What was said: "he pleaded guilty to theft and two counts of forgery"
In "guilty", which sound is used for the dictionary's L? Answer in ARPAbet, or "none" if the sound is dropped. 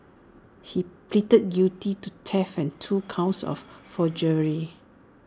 none